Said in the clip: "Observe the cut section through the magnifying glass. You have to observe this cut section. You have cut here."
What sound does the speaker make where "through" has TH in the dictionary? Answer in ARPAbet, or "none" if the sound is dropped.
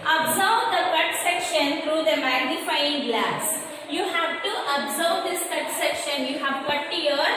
T